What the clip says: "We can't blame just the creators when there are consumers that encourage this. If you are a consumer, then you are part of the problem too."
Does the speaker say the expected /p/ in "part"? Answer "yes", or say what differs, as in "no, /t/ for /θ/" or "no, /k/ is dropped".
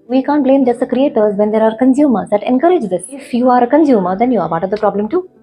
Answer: no, /b/ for /p/